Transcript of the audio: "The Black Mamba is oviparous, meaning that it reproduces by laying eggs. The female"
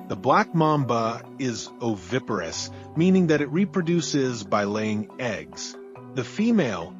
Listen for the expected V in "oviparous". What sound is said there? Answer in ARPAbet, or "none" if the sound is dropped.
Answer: V